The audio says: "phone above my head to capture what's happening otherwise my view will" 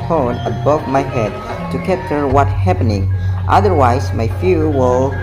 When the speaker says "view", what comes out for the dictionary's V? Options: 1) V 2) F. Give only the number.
2